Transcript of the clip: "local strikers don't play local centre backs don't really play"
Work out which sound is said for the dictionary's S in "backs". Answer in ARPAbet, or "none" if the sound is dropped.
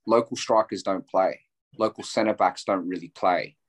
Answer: S